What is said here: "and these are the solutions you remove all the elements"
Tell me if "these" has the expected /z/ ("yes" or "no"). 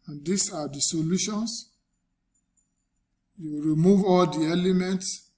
no